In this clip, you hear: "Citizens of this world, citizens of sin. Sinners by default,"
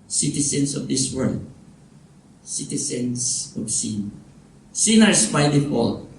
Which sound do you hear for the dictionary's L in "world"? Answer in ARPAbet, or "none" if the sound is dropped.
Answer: L